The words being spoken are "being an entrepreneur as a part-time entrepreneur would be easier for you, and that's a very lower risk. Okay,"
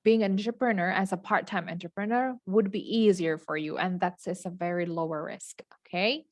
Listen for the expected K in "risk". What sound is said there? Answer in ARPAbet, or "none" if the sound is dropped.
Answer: K